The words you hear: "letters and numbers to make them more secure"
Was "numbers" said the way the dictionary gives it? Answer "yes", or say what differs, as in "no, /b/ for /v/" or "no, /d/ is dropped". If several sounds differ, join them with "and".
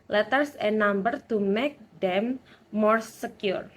no, /z/ is dropped